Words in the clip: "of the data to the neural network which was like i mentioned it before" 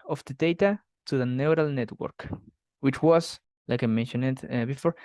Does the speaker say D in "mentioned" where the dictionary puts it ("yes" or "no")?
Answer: no